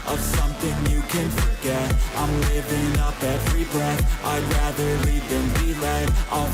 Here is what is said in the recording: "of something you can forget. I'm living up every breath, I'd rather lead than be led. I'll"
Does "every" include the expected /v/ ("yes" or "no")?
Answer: yes